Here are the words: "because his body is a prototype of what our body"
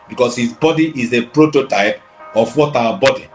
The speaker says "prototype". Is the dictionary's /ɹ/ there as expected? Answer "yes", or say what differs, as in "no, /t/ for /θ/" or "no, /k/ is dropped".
yes